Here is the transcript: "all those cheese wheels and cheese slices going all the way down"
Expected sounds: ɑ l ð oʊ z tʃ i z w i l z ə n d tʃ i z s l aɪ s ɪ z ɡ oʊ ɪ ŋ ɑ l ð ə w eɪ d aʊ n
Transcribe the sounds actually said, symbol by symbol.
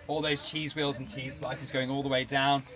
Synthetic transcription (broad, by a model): ɑ l ð oʊ z tʃ i z w i l z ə n tʃ i z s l aɪ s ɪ z ɡ oʊ ɪ ŋ ɑ l ð ə w eɪ d aʊ n